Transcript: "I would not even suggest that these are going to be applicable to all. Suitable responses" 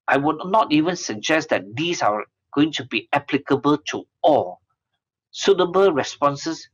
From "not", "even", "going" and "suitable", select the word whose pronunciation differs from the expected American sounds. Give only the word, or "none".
none